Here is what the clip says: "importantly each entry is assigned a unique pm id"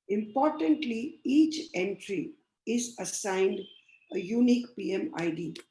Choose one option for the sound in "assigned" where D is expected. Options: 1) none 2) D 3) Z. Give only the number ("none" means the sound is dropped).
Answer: 2